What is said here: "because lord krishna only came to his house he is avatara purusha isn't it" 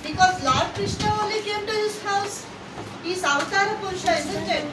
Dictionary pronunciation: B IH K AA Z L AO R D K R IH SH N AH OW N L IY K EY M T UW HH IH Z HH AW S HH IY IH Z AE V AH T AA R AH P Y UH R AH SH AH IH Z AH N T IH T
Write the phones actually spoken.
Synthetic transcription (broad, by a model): B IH K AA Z L AO R D K R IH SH N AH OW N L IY K EY M T UW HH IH S HH AW S HH IY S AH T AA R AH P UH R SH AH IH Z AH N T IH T